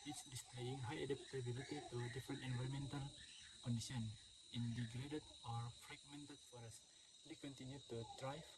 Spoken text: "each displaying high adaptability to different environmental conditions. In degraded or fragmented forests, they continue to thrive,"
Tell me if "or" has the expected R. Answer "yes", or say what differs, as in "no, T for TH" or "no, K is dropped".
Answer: yes